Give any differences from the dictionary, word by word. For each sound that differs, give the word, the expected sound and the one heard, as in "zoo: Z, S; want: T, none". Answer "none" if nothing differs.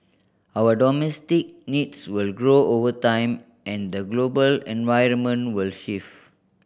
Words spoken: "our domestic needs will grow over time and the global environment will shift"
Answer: needs: Z, S; shift: T, none